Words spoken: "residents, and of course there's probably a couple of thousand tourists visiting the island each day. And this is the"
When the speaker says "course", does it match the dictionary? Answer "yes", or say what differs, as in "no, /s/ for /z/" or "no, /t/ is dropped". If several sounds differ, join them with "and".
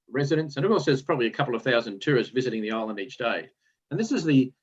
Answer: no, /l/ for /ɹ/